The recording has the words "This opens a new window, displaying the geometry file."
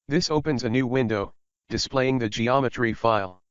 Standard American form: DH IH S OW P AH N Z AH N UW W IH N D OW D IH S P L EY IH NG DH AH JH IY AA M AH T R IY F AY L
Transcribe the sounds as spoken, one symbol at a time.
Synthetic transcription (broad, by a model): DH IH S OW P AH N Z AH N UW W IH N D OW D IH S P L EY IH NG DH AH JH IY AA M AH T R IY F AY L